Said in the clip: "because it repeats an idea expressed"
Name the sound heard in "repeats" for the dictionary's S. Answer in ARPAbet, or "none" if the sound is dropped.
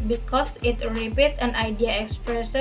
none